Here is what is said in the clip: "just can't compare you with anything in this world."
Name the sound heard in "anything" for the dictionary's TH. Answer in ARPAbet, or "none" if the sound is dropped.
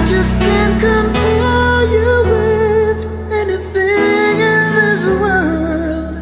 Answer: TH